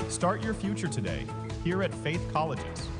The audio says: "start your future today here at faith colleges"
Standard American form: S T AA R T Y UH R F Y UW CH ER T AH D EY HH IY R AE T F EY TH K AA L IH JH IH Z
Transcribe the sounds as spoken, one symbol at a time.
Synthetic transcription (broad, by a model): S T AA R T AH R F Y UW CH ER T AH D EY HH IY R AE T F EY TH K AA L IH JH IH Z